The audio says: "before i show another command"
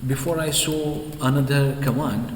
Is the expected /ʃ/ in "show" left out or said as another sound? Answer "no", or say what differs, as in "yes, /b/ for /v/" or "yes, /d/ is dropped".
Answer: yes, /s/ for /ʃ/